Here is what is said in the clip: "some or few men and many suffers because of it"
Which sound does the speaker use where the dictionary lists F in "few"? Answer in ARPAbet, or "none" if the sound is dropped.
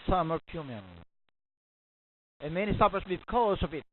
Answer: P